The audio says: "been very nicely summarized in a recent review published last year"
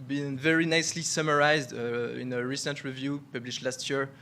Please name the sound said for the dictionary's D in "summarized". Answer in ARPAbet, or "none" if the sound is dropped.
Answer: D